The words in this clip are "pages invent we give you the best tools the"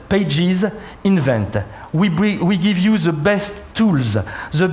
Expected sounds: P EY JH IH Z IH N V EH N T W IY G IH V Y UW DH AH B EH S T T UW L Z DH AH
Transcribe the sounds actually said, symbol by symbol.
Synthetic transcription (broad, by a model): P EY JH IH Z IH N V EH N T W IY G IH V Y UW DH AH B EH S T T UW L Z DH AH